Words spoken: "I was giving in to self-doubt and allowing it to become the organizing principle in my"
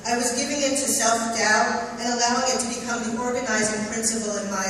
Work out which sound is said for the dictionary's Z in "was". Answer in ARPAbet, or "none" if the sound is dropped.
Z